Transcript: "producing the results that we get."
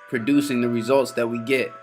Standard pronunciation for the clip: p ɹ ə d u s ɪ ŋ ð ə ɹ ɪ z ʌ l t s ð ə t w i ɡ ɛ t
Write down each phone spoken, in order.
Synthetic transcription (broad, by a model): p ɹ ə d u s ɪ ŋ ð ə ɹ ɪ z ʌ l t s ð ə t w i ɡ ɛ t